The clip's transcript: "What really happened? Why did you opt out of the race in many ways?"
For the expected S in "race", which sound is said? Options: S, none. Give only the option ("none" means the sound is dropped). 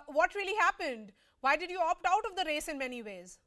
S